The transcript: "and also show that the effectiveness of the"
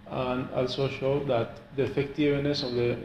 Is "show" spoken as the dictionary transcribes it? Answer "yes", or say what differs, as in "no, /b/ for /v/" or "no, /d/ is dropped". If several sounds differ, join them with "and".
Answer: yes